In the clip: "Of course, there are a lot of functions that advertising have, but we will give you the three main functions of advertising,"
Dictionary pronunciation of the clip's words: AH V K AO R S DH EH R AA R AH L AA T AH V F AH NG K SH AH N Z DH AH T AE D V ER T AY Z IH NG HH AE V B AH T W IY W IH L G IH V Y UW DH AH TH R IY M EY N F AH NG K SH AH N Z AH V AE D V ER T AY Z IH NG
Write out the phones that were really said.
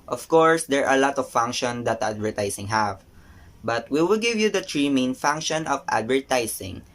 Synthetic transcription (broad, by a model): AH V K AO R S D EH R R AH L AA T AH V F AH NG K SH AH N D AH T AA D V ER T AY S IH NG HH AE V B AH T W IY W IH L G IH V Y UW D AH T R IY M EY N F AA NG K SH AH N AH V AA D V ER T AY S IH NG